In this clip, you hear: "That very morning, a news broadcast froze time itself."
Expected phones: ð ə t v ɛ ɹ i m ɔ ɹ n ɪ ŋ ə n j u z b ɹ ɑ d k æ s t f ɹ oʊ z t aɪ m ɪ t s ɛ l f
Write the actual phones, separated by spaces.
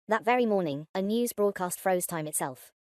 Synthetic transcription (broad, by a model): ð ə t v ɛ ɹ i m ɔ n ɪ ŋ ə n j u z b ɹ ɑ d k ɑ s t f ɹ oʊ z t aɪ m ɪ t s ɛ l f